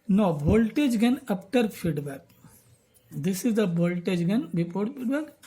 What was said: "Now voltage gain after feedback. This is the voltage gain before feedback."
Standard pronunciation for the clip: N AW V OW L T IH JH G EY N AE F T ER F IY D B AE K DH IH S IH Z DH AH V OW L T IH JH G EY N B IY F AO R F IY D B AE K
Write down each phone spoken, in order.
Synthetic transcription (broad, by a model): N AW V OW L T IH JH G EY N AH P T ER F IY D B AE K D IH S IH Z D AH B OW L T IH JH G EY N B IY P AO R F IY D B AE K